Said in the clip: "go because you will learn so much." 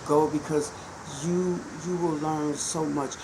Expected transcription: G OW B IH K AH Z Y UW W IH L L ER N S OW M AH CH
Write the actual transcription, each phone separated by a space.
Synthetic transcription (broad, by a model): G OW B IH K AH Z Y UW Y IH W L ER N S OW M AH CH